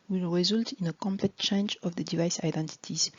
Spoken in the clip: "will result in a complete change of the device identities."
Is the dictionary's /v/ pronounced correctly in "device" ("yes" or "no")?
yes